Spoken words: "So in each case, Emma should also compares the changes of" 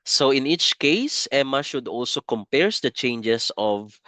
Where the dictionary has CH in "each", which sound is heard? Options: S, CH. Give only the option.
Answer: CH